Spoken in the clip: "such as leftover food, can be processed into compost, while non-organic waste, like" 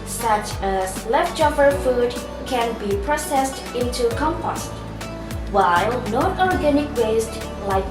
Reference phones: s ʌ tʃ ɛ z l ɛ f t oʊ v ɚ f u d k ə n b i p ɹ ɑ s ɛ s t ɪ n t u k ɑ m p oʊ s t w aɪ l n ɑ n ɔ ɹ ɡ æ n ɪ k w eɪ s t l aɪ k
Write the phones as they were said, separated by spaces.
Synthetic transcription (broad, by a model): s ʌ tʃ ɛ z l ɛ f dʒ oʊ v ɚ f u d k ə n b i p ɹ ɑ s ɛ s t ɪ n t u k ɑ m p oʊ s t w aɪ l n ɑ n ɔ ɹ ɡ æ n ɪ k w eɪ s t l aɪ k